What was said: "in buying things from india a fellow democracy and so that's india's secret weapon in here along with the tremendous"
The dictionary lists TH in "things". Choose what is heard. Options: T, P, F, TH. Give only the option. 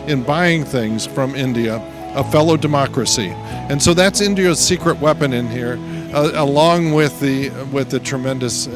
TH